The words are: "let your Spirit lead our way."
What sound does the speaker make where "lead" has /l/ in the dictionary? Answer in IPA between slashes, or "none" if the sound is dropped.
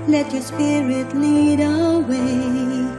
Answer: /n/